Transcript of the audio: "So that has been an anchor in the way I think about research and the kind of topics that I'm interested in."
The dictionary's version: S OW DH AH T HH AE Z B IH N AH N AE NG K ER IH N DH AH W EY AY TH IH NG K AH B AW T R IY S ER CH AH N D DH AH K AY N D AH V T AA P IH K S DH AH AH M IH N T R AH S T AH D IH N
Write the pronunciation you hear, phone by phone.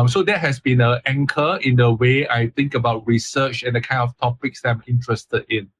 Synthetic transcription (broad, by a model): S OW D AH T HH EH S B IH N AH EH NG K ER IH N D AH W EY AY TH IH NG K AH B AW T R IY S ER CH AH N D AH K AY N D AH F T AA P IH K S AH AH M IH N T R AH S T AH D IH N